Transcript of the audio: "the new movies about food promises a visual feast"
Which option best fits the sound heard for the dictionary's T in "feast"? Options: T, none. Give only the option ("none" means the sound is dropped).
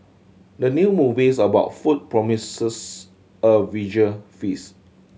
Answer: none